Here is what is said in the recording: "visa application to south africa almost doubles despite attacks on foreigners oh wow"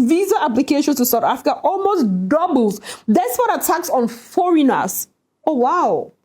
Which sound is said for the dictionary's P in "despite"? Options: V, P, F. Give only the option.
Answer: F